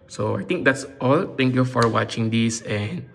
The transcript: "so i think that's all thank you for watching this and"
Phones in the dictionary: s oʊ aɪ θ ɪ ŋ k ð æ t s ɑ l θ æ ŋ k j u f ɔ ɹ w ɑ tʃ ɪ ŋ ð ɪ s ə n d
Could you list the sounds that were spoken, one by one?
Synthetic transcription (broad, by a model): s oʊ aɪ t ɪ ŋ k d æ t s ɑ l t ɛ ŋ k j u f ɔ ɹ w ɑ tʃ ɪ ŋ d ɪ s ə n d